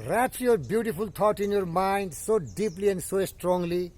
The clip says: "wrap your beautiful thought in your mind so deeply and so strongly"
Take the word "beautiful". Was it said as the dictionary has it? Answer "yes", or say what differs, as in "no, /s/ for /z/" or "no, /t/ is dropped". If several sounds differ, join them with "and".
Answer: no, /p/ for /f/